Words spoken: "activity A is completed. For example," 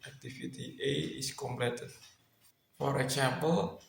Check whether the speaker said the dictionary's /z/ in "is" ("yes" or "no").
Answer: no